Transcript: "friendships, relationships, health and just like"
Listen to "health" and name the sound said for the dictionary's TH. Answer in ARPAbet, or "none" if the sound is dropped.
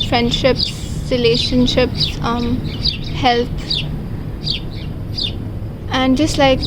T